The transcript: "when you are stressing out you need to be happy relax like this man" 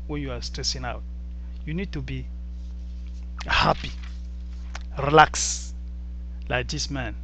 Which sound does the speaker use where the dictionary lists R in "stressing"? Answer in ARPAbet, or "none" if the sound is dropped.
R